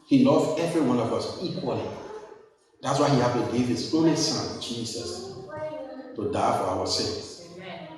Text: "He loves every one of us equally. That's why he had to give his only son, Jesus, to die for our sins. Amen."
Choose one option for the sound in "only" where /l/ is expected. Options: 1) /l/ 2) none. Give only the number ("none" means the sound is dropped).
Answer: 2